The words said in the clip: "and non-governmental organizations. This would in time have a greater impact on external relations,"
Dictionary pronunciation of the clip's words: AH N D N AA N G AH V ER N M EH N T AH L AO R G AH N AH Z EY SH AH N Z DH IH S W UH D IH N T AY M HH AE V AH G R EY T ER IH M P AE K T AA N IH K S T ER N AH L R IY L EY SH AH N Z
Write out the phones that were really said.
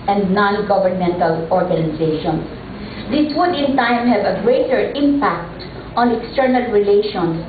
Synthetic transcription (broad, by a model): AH N D N AA N G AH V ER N M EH N T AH L AO R G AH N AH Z EY SH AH N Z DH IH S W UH D IH N T AY M HH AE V AH G R EY T ER IH M P AE K T AA N IH K S T ER N AH L R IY L EY SH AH N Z